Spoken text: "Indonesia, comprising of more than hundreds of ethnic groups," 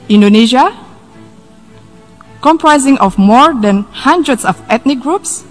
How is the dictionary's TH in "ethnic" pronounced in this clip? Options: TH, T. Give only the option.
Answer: T